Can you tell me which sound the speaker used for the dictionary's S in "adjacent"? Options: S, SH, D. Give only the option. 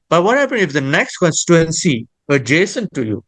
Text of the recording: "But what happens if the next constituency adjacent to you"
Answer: S